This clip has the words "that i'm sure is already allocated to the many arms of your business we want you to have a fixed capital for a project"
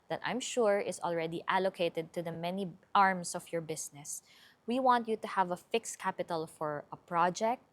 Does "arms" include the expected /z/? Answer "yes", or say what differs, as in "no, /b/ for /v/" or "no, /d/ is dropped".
no, /s/ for /z/